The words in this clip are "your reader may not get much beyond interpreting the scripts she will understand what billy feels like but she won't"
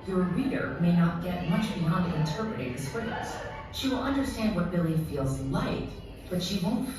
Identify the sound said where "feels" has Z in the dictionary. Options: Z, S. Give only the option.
Z